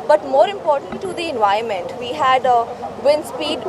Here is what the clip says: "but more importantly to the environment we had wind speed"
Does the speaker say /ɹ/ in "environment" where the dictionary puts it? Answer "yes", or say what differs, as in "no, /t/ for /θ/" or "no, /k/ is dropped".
no, /ɹ/ is dropped